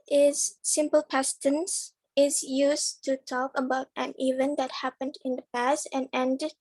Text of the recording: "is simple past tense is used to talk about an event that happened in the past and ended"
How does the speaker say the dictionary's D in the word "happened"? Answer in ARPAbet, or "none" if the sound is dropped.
D